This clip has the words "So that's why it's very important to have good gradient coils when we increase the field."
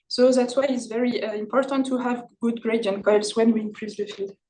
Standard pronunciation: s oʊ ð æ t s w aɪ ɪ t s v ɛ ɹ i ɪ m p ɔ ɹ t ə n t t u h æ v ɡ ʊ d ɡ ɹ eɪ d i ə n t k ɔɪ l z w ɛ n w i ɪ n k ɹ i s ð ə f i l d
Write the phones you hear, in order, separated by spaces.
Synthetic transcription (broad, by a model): s oʊ ð æ t s w aɪ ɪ t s v ɛ ɹ i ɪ m p ɔ ɹ t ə n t t u h æ v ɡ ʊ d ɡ ɹ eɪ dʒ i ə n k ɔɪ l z w ɛ n w i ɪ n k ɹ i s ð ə f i l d